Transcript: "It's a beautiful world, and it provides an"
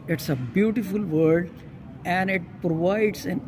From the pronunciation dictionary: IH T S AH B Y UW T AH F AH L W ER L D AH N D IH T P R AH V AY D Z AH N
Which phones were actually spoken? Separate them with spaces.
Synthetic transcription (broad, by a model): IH T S AH B Y UW T AH F AH L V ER D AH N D IH T P R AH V AY D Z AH N